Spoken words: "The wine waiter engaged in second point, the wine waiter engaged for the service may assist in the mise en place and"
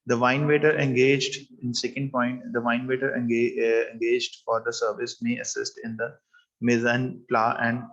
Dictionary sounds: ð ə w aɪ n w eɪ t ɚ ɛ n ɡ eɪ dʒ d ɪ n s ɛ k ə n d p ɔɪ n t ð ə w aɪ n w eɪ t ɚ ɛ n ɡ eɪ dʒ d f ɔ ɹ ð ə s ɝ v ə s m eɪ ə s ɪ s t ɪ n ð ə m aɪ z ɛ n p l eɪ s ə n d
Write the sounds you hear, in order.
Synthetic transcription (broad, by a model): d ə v aɪ n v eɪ t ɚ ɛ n ɡ eɪ dʒ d ɪ n s ɛ k ə n d p ɔɪ n t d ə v aɪ n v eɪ t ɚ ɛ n ɡ eɪ dʒ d f ɔ ɹ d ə s ɝ v ə s m eɪ ə s ɪ s t ɪ n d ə m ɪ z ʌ n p l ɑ ə n d